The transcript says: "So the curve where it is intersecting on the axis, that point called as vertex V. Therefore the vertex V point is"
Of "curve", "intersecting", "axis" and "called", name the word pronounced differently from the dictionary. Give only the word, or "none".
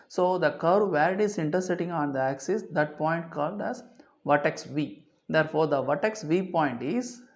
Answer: intersecting